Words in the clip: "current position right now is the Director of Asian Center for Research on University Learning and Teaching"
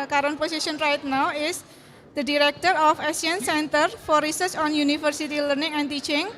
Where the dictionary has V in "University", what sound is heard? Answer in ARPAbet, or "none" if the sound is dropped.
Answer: F